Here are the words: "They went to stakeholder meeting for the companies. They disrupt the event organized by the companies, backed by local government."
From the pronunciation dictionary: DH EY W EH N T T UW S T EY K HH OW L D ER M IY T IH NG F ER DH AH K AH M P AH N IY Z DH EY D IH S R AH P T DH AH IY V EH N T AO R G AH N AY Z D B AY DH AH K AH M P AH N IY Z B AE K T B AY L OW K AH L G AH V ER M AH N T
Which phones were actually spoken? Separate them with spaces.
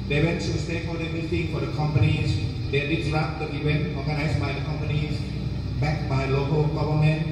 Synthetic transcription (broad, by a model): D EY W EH N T S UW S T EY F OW D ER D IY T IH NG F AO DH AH K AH M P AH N IY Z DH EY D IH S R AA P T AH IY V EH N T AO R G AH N AY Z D B AY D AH K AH M P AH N IY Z B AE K B AY L OW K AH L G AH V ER M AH N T